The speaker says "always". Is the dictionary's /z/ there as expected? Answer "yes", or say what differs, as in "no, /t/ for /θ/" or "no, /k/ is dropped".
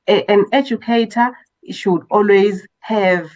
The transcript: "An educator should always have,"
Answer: yes